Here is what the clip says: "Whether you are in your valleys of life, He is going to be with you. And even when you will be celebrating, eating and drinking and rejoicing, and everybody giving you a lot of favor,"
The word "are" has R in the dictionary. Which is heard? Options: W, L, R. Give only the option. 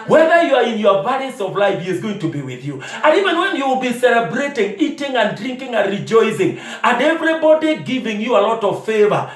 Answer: R